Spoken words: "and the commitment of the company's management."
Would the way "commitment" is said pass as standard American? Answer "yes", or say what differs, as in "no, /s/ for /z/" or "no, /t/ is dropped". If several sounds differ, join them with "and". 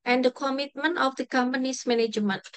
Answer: yes